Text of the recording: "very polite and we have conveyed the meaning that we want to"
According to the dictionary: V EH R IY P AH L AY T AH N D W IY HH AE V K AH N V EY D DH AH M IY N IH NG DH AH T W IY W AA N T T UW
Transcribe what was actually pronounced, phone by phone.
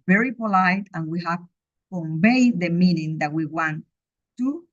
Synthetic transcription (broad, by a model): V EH R IY P AH L AY T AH N W IY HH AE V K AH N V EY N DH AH M IY N IH NG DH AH T W IY W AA N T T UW